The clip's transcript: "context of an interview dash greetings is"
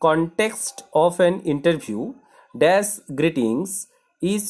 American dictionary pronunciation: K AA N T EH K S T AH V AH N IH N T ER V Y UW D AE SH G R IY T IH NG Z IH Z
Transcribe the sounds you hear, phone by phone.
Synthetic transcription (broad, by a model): K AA N T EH K S T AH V AH N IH N T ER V Y UW D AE S G R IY T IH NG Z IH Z